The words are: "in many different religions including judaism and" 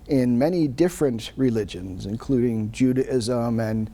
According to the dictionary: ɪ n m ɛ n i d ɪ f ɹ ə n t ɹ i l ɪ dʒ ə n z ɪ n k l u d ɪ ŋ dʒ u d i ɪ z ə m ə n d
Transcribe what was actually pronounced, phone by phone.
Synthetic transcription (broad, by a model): ɪ n m ɛ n i d ɪ f ɹ ə n t ɹ i l ɪ dʒ ə n z ɪ n k l u d ɪ ŋ dʒ u d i ɪ z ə m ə n